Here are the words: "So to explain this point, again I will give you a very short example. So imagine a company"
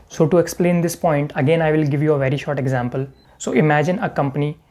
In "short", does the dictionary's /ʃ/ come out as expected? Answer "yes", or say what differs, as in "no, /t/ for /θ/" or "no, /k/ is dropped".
yes